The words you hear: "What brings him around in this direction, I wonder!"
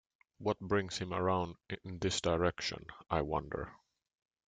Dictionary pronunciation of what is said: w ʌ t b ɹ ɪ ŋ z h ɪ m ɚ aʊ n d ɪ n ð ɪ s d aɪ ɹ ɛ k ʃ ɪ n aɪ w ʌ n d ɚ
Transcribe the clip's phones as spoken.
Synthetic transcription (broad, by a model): w ʌ t b ɹ ɪ ŋ s h ɪ m ɚ aʊ n d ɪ n ð ɪ s d aɪ ɹ ɛ k ʃ ɪ n aɪ w ʌ n d ɚ